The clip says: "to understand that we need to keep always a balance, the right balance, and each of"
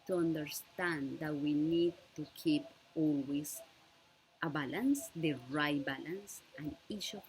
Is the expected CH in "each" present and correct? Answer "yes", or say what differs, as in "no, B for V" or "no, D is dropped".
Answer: no, SH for CH